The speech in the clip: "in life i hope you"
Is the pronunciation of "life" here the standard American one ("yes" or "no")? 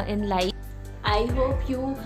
no